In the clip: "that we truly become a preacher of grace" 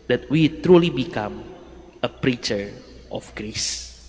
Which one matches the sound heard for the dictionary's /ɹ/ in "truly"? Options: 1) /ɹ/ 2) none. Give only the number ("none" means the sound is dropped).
1